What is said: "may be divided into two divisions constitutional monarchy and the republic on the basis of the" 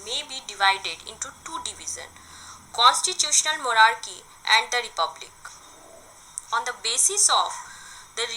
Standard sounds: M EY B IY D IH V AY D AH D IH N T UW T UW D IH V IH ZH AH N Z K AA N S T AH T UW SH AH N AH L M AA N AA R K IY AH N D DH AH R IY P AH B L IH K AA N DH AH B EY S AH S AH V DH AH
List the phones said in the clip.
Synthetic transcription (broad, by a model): M EY B IY D IH V AY D AH D IH N T UW T UW D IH V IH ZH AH N K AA N S T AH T UW SH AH N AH L M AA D AA R K IY AH N D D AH R IY P AH B L IH K AA N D AH B EY S AH S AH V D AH